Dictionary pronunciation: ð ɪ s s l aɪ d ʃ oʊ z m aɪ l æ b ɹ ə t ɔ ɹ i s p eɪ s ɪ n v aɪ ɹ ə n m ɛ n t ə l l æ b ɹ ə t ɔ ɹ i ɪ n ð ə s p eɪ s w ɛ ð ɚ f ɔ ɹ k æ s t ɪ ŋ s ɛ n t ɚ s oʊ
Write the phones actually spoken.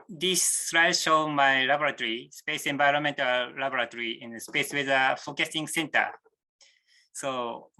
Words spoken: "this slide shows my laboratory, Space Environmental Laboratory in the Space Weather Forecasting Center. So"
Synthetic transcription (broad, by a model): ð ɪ s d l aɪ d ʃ oʊ m aɪ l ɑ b ɹ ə t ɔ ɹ i s p eɪ s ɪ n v aɪ ɹ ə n m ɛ n t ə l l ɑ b ɹ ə t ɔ ɹ i ɪ n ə s p eɪ s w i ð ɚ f ɔ k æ s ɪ ŋ s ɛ n t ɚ s oʊ